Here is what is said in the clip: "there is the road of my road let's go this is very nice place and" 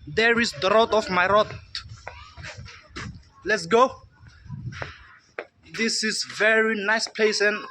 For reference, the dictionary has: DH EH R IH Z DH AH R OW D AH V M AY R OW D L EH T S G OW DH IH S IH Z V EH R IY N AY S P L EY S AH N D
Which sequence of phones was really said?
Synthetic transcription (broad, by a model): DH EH R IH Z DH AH R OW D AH F M AY R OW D L EH T S G OW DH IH S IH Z V EH R IY N AY S P L EY S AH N